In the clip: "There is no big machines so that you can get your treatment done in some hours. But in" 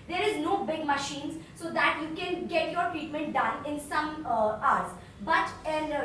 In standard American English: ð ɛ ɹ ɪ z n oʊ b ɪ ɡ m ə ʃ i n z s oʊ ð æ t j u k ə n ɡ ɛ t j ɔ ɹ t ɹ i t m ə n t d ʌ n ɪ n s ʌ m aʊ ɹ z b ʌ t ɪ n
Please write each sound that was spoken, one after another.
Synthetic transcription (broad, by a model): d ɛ ɹ ɪ z n oʊ b ɪ ɡ m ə ʃ i n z s oʊ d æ t j u k ə n ɡ ɛ t j ɔ ɹ t ɹ i t m ə n t d ʌ n ɪ n s ʌ m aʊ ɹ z b ʌ t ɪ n